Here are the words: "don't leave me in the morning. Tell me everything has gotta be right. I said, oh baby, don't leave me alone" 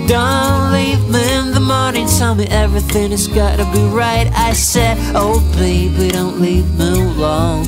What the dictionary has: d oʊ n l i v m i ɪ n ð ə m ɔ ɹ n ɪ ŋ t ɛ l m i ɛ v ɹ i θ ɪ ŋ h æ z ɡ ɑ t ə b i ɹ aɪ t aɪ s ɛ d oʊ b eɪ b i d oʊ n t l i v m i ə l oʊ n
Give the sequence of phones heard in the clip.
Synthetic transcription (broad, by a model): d oʊ n l i v m i ɪ n ð ə m ɔ ɹ n ɪ ŋ t ɛ l m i ɛ v ɹ i θ ɪ ŋ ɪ z ɡ ɑ t ə b i ɹ aɪ t aɪ s ɛ d oʊ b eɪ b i d oʊ n t l i v m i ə l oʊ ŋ